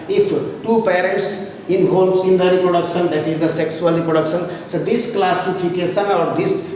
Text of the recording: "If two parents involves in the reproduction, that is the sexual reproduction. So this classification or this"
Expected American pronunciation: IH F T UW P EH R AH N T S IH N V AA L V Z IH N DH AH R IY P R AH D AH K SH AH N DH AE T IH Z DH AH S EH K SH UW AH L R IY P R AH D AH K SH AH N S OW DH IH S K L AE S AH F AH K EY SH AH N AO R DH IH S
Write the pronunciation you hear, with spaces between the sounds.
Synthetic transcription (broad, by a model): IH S T UW P EH R AH N T S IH N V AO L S IH N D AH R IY P R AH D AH K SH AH N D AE T IH Z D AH S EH K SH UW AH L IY P R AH D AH K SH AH N S OW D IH S K L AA S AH P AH K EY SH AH N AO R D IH S